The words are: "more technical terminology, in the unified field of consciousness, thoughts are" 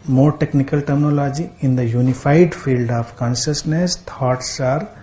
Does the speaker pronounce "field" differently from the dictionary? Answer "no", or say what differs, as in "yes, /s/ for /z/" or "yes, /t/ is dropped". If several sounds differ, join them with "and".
no